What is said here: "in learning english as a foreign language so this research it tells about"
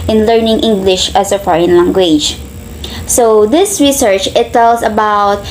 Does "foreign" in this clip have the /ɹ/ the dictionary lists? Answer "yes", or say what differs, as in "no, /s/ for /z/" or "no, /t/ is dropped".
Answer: yes